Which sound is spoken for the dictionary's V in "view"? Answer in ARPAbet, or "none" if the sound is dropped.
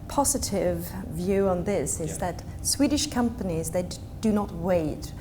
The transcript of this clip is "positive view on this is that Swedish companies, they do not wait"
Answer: V